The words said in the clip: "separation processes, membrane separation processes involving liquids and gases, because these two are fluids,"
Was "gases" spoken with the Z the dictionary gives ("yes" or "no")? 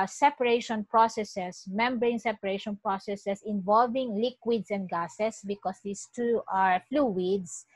no